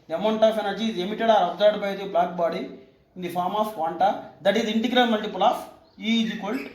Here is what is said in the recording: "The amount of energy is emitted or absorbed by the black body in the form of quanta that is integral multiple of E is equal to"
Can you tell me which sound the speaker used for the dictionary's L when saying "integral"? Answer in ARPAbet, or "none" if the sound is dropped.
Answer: N